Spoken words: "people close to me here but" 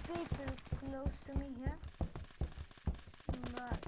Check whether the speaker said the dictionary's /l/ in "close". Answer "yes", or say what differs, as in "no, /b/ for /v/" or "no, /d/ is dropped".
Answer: yes